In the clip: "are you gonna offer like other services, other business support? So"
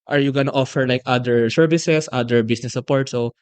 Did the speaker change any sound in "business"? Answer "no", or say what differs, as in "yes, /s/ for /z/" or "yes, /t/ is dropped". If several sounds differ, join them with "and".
yes, /s/ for /z/